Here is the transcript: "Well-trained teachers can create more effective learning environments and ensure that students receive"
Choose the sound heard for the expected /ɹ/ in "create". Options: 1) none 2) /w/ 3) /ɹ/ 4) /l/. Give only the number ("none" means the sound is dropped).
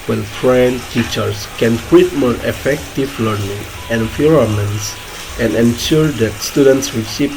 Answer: 2